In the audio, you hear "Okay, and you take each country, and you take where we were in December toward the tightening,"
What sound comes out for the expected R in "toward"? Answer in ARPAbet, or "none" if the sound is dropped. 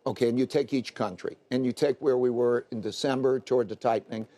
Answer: R